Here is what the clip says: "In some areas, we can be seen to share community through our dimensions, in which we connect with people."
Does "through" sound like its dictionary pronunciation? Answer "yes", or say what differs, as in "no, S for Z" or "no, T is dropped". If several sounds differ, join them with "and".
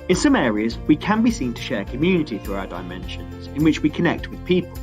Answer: yes